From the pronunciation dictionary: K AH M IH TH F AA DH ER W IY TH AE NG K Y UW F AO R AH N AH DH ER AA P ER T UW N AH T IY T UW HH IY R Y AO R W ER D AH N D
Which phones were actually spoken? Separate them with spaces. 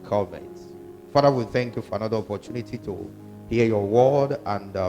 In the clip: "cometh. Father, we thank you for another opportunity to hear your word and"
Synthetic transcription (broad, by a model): K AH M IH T F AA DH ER W IY TH AE NG K Y UW F AO R AH N AH DH ER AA P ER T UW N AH T IY T UW HH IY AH Y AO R W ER D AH N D